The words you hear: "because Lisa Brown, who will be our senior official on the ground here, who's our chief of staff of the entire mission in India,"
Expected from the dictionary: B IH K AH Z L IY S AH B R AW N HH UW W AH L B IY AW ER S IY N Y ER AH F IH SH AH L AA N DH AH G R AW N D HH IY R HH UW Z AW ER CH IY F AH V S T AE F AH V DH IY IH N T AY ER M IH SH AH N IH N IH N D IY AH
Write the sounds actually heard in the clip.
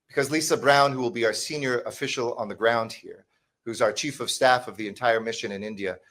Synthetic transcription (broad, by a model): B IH K AH Z L IY S AH B R AW N HH UW W AH L B IY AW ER S IY N Y ER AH F IH SH L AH N DH AH G R AW N D HH IY R HH UW Z AW ER CH IY F AH V S T AE F AH V DH IY IH N T AY ER M IH SH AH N IH N IH N D IY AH